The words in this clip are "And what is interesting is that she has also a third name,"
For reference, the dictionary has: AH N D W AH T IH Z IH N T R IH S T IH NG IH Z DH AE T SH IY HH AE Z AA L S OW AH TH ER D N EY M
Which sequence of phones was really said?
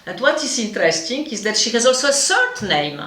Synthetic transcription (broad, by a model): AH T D W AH T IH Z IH N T R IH S T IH NG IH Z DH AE T SH IY HH AE Z AA L S OW AH S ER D N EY M